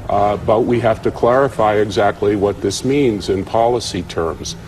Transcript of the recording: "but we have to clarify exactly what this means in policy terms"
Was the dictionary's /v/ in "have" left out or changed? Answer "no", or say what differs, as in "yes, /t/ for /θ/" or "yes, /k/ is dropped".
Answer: yes, /f/ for /v/